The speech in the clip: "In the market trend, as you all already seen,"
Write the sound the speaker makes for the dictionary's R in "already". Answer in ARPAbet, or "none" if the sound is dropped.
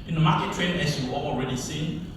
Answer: R